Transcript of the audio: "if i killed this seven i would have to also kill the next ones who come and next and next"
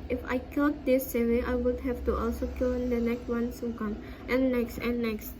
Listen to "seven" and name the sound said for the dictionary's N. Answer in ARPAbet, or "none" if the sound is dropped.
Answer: none